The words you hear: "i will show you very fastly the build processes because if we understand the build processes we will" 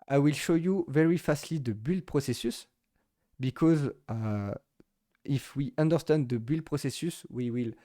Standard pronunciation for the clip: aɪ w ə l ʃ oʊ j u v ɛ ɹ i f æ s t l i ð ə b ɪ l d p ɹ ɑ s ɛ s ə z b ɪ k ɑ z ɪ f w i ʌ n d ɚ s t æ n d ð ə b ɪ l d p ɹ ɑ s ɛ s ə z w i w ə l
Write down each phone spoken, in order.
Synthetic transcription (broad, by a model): aɪ w ə l ʃ oʊ j u v ɛ ɹ i f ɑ s t l i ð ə b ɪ l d p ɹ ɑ s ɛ s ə s b ɪ k ɑ z ɪ f w i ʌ n d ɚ s t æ n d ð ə b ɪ l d p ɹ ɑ s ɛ s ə s w i w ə l